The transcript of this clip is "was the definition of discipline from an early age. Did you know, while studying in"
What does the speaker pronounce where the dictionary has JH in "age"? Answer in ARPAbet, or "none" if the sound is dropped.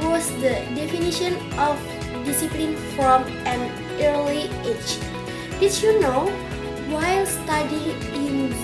CH